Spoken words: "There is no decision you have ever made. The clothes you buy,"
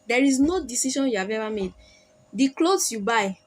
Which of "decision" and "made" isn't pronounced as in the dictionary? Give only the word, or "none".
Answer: decision